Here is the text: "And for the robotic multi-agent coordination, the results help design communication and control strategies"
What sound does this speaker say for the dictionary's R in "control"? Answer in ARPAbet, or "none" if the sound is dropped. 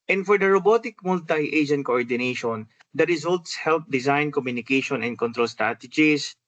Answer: R